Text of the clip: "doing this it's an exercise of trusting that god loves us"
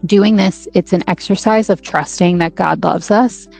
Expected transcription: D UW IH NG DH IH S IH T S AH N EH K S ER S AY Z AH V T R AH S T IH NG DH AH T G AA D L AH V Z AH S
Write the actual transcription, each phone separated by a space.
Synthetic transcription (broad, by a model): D UW IH NG DH IH S IH T S AH N EH K S ER S AY Z AH V T R AH S T IH NG DH AH T G AA D L AH V Z AH S